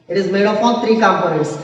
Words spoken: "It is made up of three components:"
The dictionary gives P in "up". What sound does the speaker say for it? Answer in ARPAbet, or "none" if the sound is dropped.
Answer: F